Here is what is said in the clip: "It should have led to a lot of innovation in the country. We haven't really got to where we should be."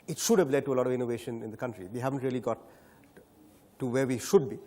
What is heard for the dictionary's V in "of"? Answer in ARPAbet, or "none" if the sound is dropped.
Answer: V